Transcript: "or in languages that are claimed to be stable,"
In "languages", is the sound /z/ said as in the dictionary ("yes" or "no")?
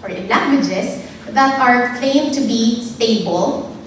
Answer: no